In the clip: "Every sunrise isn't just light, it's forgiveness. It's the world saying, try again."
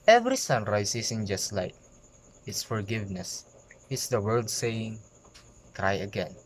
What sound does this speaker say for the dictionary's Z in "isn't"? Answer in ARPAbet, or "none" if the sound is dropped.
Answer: S